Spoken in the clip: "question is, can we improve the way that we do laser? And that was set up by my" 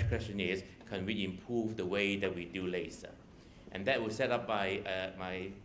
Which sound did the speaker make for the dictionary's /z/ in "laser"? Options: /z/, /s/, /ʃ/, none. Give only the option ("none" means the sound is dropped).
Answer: /s/